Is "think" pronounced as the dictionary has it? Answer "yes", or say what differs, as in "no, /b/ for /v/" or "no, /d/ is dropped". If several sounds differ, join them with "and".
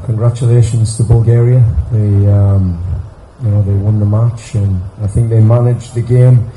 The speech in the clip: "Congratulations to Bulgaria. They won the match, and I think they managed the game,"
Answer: yes